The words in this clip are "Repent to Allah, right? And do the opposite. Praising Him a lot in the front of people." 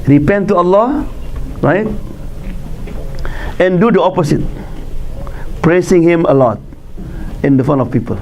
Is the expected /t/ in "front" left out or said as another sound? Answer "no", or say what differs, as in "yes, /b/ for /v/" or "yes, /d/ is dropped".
yes, /t/ is dropped